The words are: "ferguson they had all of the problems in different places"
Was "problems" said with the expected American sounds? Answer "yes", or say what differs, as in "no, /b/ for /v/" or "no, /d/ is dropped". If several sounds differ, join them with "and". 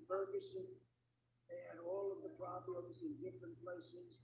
yes